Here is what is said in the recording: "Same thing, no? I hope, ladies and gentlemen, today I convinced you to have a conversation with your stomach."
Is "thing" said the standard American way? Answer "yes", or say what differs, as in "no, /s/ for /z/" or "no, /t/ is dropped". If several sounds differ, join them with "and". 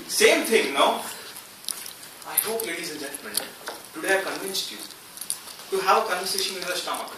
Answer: no, /t/ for /θ/